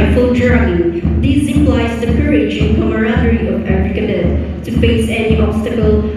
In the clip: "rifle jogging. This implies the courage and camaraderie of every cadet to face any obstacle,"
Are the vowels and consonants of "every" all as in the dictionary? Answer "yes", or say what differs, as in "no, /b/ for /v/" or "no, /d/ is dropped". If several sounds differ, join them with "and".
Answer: no, /f/ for /v/